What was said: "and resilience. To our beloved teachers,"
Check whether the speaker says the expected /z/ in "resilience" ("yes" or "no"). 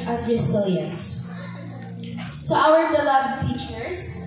no